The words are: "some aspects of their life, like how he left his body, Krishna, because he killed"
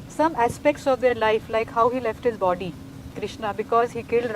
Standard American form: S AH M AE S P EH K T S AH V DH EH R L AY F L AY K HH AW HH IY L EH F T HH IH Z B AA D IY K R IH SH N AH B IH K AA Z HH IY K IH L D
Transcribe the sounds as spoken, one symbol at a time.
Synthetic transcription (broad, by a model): S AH M AE S P EH K T S AH V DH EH R L AY F L AY K HH AW HH IY L EH F T HH IH Z B AA D IY K R IH SH N AH B IH K AA Z HH IY K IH L D